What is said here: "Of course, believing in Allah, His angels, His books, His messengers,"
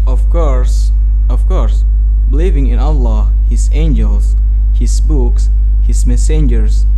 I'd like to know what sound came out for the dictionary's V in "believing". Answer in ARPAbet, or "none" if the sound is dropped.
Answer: V